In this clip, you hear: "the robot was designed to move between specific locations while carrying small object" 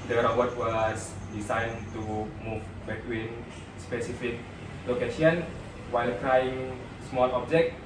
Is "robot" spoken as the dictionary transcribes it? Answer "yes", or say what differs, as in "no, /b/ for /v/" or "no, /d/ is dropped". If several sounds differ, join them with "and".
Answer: no, /b/ is dropped